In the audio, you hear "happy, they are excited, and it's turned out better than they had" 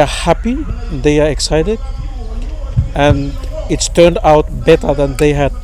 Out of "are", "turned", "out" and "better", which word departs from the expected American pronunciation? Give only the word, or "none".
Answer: none